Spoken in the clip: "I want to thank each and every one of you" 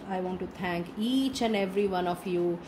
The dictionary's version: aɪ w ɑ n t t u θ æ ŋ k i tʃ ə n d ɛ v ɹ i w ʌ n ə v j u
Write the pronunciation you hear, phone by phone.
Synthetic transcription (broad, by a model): aɪ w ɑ n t t u t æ ŋ k i tʃ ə n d ɛ v ɹ i w ʌ n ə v j u